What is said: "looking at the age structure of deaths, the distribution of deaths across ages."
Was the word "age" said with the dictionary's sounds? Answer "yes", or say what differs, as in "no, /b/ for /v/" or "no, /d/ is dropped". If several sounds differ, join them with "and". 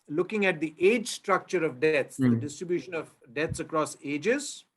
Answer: yes